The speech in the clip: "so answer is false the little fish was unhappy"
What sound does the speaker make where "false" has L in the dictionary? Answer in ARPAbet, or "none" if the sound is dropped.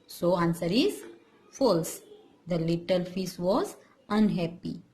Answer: L